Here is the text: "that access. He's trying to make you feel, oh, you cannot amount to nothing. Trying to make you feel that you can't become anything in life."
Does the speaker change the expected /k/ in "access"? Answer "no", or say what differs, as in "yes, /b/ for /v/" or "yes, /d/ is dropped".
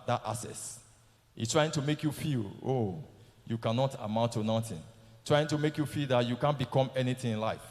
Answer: yes, /k/ is dropped